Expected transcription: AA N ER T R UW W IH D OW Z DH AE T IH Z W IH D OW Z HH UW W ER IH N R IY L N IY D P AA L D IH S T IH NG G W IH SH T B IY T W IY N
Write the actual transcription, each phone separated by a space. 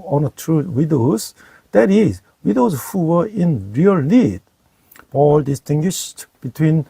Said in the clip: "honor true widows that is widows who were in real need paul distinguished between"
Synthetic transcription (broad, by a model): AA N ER T R UW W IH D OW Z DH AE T IH Z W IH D OW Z HH UW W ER IH N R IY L L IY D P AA L D IH S T IH NG G W IH SH T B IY T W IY N